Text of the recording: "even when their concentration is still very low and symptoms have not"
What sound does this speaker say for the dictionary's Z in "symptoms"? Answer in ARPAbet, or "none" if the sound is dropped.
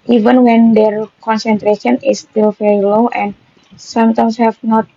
S